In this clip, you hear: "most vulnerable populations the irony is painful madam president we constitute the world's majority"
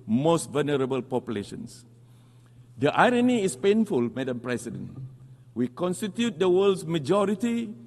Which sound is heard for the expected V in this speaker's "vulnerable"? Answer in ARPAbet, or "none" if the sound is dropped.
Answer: V